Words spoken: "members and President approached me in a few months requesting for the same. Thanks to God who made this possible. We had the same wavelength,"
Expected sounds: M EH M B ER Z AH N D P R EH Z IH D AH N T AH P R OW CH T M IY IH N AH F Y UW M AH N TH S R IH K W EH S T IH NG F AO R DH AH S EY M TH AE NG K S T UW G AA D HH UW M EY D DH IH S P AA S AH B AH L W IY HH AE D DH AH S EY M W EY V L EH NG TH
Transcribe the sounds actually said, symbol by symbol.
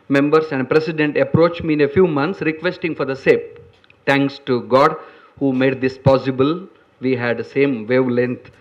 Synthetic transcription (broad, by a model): M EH M B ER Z AH N D P R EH S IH D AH N T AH P R OW CH M IY IH N AH F Y UW M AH N T S R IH K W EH S T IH NG F AO R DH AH S EY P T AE NG K S T UW G AA D HH UW M EY D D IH S P AA S AH B AH L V IY HH AE D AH S EY M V EY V L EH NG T